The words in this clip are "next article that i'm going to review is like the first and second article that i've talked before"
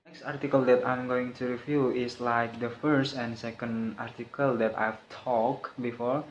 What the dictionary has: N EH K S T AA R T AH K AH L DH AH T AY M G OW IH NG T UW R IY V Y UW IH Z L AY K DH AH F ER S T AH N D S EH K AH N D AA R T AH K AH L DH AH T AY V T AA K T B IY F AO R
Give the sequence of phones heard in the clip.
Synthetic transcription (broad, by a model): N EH K S T AA R T AH K AH L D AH T AY M G OW IH NG T UW R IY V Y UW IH S L AY K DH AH F ER S T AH N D S EH K AH N D AA R T AH K AH L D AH T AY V T AA K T B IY F AO R